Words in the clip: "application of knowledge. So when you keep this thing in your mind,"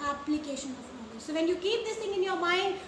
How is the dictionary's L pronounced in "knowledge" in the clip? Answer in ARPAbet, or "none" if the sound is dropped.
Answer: none